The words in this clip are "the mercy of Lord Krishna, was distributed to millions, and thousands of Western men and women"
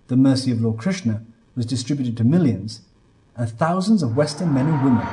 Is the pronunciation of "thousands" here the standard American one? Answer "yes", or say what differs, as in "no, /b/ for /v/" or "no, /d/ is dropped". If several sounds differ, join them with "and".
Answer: yes